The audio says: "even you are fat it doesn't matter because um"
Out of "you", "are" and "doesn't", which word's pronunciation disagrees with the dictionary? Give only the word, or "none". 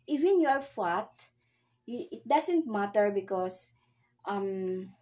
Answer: doesn't